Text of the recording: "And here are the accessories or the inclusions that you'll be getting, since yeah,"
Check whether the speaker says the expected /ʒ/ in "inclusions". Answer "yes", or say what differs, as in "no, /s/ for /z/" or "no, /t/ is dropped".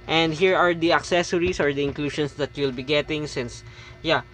no, /ʃ/ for /ʒ/